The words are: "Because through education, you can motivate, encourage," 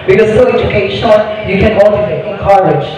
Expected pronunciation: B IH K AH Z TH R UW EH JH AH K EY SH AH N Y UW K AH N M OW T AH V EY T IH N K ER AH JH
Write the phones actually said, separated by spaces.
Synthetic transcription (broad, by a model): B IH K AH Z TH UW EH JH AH K EY AH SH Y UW K AH N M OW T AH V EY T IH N K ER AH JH